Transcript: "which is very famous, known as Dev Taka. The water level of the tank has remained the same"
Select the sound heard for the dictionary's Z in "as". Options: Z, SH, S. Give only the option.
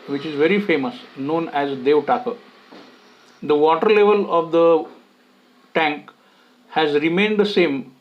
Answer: Z